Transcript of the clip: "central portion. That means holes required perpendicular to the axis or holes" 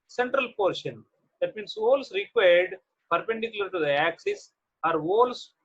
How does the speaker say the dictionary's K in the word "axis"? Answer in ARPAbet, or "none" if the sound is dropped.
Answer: K